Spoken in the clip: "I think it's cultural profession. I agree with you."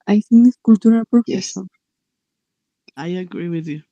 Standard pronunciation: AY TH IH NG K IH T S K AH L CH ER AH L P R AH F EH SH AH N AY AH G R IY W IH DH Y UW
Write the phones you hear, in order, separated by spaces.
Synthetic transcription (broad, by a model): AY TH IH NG IH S K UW L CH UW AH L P AH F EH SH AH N AY AH G R IY W IH DH Y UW